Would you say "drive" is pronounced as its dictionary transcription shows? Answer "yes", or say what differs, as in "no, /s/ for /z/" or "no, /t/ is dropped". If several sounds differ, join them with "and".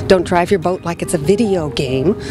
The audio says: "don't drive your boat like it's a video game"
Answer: yes